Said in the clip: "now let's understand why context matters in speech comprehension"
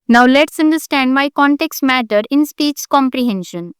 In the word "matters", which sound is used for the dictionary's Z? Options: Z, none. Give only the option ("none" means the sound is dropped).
none